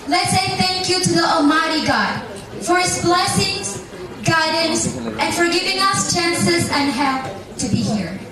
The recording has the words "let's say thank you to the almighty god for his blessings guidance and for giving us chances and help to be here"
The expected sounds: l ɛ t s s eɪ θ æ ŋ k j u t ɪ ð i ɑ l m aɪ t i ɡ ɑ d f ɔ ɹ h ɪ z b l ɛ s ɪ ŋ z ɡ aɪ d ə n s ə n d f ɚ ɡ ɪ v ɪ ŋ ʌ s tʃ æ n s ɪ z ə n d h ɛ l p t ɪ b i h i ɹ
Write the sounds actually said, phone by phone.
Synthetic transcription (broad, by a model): l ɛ t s s eɪ θ æ ŋ k j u t ɪ ð i ɑ l m aɪ t i ɡ ɑ d f ɔ ɹ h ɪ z b l ɛ s ɪ ŋ z ɡ aɪ d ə n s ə n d f ɚ ɡ ɪ v ɪ ŋ ʌ s tʃ æ n s ɪ z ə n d h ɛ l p t ɪ b i h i ɹ